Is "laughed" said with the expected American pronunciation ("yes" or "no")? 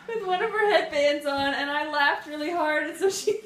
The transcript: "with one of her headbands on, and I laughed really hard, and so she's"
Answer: yes